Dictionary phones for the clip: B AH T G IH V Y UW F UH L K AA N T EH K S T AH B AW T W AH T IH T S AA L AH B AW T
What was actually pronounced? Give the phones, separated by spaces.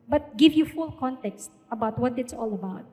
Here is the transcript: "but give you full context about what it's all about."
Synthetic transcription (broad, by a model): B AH T G IH V Y UW F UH L K AA N T EH K S T AH B AW T W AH T IH T S AA L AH B AW T